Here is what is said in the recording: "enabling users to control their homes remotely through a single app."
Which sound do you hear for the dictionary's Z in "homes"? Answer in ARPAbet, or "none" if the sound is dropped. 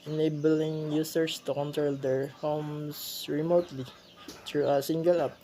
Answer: S